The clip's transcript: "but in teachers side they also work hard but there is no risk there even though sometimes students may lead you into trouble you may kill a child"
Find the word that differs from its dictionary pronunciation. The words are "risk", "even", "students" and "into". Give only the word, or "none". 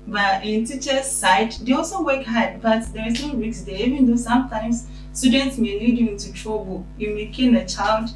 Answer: risk